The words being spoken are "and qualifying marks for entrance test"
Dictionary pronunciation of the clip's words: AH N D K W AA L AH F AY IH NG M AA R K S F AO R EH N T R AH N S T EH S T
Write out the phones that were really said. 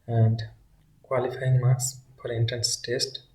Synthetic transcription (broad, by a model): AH N D K W AA L AH F AY IH NG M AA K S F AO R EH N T AH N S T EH S T